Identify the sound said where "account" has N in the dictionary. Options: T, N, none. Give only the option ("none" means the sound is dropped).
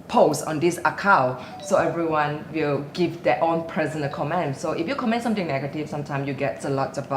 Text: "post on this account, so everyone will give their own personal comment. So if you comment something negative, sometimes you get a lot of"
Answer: none